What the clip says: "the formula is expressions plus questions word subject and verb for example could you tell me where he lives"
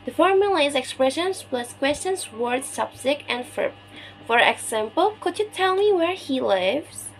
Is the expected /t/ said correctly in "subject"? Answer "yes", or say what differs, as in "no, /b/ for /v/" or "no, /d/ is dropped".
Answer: no, /t/ is dropped